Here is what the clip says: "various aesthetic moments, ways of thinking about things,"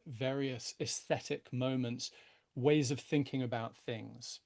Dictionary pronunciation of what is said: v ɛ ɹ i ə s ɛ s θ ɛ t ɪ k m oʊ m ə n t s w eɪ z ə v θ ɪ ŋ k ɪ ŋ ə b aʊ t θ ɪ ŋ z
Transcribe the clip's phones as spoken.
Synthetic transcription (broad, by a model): v ɛ ɹ i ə s ɛ s θ ɛ t ɪ k m oʊ m ə n t s w eɪ z ə v θ ɪ ŋ k ɪ ŋ ə b aʊ t θ ɪ ŋ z